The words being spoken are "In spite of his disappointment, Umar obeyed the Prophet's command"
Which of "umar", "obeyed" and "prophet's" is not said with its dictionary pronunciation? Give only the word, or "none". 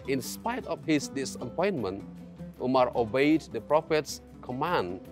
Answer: none